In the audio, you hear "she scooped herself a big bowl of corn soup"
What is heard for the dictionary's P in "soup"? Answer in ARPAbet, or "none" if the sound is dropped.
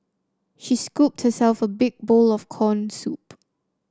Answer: P